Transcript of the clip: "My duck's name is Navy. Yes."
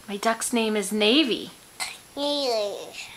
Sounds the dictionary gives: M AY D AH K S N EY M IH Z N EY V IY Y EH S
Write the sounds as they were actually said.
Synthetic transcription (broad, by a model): M AY D AH K S N EY M IH Z N EY V IY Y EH